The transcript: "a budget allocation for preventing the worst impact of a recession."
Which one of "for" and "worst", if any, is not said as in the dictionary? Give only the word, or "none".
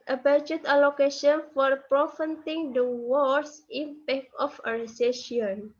worst